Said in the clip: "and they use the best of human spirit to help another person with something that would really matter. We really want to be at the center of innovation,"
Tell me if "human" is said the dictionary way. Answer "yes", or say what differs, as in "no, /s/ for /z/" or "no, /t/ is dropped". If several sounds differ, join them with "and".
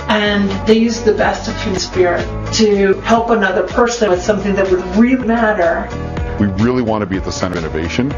no, /m/ is dropped